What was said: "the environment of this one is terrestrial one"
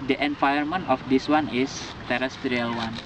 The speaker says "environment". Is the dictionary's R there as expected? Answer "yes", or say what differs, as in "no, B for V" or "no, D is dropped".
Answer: no, R is dropped